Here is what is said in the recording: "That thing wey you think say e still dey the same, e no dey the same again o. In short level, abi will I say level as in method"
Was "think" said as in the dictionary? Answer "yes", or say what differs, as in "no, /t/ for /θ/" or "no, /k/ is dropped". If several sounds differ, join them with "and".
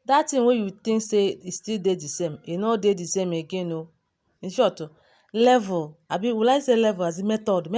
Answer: no, /t/ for /θ/